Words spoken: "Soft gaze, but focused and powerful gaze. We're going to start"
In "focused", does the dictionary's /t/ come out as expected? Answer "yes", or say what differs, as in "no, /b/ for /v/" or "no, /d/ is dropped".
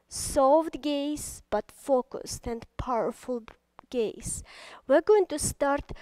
yes